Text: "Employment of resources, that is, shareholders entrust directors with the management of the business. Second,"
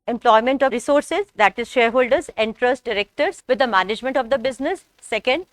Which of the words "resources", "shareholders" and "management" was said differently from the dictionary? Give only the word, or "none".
none